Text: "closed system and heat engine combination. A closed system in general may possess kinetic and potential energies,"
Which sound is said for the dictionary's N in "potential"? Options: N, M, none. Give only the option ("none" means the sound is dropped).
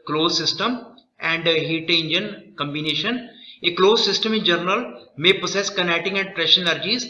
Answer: none